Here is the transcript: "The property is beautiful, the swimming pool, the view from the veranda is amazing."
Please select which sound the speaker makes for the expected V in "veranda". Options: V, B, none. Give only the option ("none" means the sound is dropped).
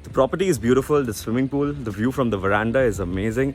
V